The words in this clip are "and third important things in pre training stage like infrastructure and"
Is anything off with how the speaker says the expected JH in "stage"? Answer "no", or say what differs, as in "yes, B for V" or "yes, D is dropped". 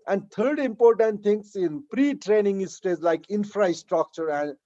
yes, Z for JH